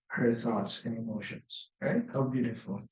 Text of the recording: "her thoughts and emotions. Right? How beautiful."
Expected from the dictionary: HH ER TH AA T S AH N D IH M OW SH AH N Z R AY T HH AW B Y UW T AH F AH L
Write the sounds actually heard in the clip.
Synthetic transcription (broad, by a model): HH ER TH AA T S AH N IH M OW SH AH N Z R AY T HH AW B Y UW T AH F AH L